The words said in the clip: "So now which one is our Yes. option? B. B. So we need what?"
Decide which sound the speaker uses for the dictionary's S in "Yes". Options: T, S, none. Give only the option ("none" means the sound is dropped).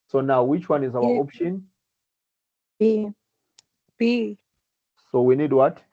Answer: none